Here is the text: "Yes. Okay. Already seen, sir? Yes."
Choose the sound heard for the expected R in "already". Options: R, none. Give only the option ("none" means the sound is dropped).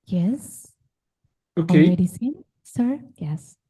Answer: none